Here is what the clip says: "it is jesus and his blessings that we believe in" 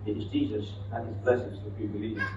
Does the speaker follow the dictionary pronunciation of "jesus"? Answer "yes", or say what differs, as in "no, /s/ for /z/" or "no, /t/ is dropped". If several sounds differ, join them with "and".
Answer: yes